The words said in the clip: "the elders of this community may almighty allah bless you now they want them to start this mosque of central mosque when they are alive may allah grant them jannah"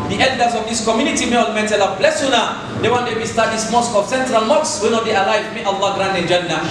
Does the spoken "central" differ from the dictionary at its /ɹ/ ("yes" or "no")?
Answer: no